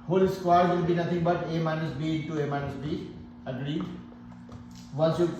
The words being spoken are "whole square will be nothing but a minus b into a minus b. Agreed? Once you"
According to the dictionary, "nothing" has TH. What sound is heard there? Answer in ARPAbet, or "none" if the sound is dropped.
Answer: T